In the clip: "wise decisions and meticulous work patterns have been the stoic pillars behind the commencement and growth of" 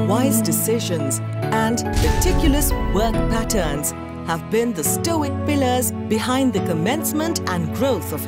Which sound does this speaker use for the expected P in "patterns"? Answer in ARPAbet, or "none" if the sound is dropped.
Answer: P